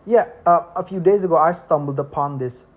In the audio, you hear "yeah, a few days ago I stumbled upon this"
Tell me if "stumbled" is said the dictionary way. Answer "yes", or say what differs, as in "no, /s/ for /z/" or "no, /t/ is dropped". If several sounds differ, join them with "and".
yes